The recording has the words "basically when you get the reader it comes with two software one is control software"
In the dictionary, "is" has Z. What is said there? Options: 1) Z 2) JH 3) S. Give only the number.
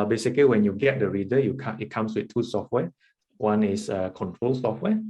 3